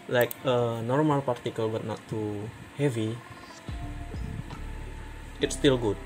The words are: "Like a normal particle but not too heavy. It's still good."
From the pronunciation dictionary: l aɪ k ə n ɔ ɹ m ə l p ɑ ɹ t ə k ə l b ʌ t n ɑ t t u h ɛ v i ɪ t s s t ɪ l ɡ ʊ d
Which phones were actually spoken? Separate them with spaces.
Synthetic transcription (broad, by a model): l aɪ k ə n ɔ ɹ m ə l p ɑ ɹ t ə k ə l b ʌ t n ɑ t t u h ɛ v i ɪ t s s t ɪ l ɡ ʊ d